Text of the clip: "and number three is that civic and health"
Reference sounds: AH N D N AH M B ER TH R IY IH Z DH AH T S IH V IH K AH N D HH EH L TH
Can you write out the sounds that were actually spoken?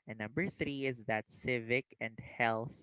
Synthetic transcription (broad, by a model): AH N N AH M B ER TH R IY IH Z DH AH T S IH V IH K AH N D HH EH L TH